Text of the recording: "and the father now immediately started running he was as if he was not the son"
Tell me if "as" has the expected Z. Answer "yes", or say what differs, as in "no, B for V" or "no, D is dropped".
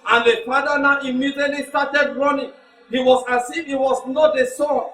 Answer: no, S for Z